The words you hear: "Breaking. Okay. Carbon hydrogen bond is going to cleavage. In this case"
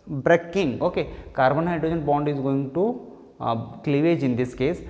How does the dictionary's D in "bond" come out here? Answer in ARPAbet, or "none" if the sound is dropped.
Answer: D